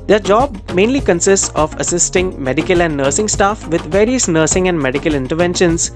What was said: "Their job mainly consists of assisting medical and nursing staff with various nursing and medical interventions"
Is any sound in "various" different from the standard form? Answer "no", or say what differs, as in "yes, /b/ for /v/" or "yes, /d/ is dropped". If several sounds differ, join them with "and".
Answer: no